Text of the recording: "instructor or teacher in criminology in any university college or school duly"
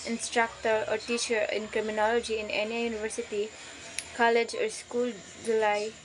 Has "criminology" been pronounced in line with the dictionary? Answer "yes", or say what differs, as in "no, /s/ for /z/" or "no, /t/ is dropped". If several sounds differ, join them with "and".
yes